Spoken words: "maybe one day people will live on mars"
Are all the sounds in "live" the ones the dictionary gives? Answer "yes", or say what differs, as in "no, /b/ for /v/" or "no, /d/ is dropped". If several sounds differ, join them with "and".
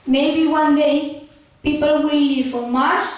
no, /f/ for /v/